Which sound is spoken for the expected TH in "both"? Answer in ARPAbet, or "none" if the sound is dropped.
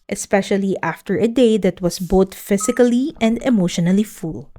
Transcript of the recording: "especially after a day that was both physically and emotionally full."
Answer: T